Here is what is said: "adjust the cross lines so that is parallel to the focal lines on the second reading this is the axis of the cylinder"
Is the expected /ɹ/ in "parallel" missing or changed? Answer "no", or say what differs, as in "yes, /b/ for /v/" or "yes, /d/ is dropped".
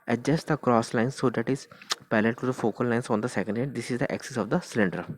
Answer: yes, /l/ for /ɹ/